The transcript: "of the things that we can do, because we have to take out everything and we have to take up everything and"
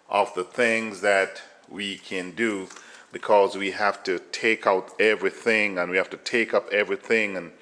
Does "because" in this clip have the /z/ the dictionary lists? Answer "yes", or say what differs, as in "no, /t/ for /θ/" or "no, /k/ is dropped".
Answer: yes